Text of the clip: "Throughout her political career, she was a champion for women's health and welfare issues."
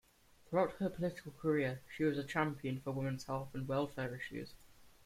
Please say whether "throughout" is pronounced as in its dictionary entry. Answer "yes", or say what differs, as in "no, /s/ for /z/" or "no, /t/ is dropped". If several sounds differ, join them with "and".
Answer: yes